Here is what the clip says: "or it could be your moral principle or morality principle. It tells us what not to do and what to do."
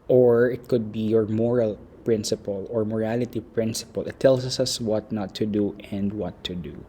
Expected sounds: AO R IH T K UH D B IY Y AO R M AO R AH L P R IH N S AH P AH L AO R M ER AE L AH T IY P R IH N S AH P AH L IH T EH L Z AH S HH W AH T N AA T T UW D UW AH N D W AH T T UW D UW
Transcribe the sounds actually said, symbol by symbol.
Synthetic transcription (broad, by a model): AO R IH T K UH D B IY Y AO R M AO R AH L P R IH N S AH P AH L AO R M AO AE L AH T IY P R IH N S AH P AH L IH T EH L S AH S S W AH T N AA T T UW D UW AH N D W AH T T UW D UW